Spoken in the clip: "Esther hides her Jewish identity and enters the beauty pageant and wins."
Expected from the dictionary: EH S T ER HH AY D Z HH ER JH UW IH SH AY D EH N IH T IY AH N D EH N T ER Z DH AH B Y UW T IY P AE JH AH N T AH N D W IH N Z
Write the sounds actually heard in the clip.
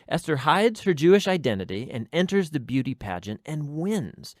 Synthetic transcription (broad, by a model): EH S T ER HH AY D Z HH ER JH UW IH SH AY D EH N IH T IY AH N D EH N T ER Z DH AH B Y UW T IY P AE JH AH N T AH N W IH N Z